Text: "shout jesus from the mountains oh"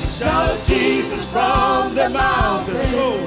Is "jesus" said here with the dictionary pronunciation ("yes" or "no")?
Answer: yes